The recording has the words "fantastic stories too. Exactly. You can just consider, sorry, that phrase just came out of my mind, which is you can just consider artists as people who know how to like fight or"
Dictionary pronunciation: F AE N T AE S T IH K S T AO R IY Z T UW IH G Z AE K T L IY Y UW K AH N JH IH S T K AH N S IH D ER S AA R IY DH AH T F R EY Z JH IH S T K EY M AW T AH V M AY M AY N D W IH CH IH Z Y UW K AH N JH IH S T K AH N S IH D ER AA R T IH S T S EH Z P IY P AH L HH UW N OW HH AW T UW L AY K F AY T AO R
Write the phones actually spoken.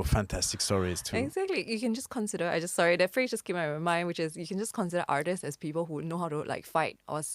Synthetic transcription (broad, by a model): F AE N T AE S T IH K S T AO R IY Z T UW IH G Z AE K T L IY Y UW K AH N JH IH S K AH N S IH D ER S AA R IY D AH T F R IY JH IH S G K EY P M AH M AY M AY N D W IH CH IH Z Y UW K AH N JH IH S K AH N S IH D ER AA R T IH S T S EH S P IY P AH L HH UW N OW HH AW T UW L AY K F AY T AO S